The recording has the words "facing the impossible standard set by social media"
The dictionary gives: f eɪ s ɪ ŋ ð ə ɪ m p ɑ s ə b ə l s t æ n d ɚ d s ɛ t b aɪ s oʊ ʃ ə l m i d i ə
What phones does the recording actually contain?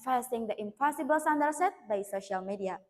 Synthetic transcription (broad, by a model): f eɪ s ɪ ŋ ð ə ɪ m p ɑ s ə b ə l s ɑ n d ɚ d s ɛ t b aɪ s oʊ ʃ ə l m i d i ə